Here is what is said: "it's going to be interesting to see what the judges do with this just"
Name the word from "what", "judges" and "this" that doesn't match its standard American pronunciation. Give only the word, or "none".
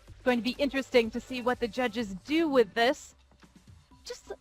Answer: none